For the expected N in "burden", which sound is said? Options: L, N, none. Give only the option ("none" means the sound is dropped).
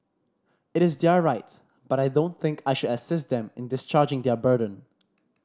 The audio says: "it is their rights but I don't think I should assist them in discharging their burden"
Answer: N